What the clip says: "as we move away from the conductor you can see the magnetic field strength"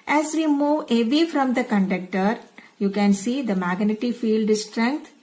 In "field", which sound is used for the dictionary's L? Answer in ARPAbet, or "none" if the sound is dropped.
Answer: L